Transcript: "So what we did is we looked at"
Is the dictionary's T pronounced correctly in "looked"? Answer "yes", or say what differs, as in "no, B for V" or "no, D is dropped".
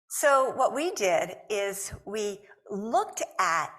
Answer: yes